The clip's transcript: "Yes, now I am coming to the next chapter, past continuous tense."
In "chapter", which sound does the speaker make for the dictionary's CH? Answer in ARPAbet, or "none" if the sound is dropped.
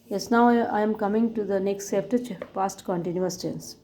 S